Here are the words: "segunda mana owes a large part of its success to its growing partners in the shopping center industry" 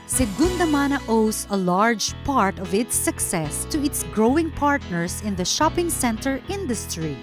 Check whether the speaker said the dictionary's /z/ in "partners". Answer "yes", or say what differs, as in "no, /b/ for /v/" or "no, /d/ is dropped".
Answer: no, /s/ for /z/